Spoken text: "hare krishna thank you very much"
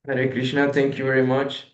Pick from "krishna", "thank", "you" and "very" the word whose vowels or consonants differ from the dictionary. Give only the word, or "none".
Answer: thank